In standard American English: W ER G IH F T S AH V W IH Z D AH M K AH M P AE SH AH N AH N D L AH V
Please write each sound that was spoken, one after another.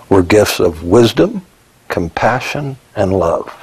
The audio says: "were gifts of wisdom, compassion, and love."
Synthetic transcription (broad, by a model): W ER G IH F T S AH V W IH Z D AH M K AH M P AE SH AH N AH N L AH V